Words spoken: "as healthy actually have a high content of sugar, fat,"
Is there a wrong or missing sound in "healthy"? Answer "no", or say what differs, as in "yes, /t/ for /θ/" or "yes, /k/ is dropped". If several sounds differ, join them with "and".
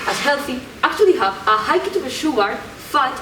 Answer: no